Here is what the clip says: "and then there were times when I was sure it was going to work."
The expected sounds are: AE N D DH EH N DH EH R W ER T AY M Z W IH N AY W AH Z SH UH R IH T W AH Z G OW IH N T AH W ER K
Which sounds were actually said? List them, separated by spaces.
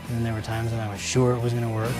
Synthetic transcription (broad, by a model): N DH EH N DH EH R W ER T AY M Z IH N AY W AH Z SH UH R IH T W AH Z G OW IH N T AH W ER K